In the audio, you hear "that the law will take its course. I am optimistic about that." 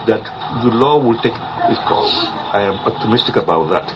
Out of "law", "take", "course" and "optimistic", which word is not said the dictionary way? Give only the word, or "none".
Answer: course